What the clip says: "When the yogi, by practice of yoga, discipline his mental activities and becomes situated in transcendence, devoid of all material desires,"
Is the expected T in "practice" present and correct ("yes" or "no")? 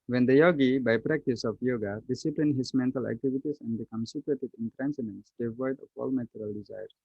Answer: yes